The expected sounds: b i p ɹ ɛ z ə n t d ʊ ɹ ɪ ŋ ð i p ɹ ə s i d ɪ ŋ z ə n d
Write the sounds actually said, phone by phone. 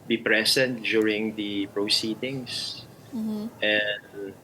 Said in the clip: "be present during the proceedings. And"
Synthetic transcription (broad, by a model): b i p ɹ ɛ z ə n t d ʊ ɹ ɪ ŋ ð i p ɹ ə s i d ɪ ŋ s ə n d